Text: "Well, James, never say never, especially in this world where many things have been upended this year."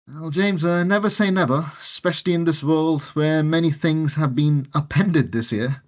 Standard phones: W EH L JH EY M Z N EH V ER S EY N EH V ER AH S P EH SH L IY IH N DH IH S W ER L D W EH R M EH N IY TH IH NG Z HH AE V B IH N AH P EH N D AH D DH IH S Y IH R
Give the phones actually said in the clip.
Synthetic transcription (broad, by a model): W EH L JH EY M Z N EH V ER S EY N EH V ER AH S P EH SH L IY IH N DH IH S W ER L D W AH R M EH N IY TH IH NG Z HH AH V B IH N AH P EH N D AH D DH IH S Y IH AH